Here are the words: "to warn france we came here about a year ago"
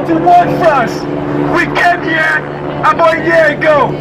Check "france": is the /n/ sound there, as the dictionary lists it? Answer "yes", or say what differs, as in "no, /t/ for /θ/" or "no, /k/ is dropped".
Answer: no, /n/ is dropped